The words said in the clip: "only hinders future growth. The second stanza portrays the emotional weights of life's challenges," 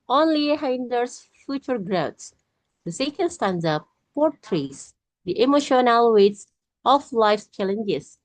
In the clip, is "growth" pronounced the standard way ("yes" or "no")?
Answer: no